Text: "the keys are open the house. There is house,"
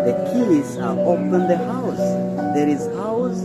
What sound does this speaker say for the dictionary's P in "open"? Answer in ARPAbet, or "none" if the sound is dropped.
F